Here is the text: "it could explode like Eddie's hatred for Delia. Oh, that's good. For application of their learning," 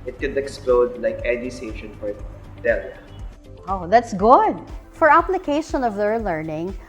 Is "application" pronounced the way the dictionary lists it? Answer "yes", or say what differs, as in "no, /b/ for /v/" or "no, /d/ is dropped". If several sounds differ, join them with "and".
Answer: yes